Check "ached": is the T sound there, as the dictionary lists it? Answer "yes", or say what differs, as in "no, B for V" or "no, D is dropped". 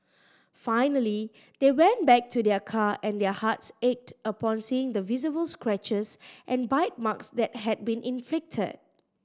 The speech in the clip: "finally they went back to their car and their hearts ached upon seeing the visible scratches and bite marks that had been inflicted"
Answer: yes